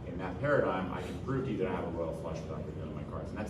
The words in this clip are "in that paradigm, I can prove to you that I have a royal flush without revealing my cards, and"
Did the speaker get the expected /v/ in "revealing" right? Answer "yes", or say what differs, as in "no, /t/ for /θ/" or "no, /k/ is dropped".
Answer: no, /v/ is dropped